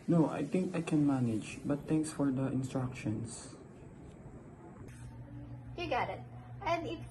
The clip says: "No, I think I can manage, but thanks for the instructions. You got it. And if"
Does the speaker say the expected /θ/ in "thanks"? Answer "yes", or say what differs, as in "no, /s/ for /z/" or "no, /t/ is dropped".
no, /t/ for /θ/